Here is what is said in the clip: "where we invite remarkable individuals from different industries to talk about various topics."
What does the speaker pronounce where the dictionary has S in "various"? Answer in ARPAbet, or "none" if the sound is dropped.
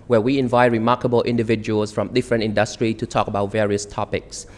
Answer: S